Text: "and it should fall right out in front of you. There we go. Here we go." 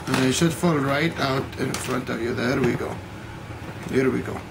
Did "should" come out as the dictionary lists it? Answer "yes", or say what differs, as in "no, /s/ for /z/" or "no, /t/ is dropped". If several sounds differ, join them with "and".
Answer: no, /s/ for /ʃ/